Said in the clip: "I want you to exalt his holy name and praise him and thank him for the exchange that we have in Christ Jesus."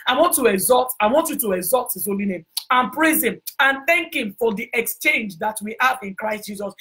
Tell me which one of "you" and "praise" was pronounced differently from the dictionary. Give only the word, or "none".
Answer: none